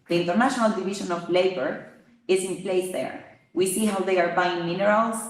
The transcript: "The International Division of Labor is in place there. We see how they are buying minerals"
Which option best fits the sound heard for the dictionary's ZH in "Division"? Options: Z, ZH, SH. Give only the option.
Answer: SH